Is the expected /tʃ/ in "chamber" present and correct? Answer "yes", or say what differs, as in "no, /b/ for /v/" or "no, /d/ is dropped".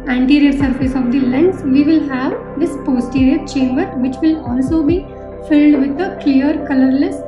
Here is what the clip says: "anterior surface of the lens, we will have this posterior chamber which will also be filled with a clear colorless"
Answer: yes